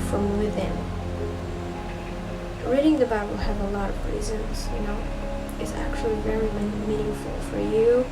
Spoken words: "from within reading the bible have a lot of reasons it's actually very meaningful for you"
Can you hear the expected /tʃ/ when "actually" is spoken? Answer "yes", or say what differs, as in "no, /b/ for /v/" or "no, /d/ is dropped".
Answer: yes